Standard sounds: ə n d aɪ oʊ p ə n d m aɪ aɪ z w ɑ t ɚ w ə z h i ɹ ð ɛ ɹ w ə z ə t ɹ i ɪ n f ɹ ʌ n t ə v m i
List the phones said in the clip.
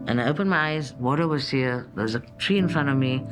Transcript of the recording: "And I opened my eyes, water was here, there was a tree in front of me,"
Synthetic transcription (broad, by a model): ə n aɪ oʊ p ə n m aɪ aɪ z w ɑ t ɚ w ə z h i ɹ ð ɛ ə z ə t ɹ i ɪ n f ɹ ʌ n t ə v m i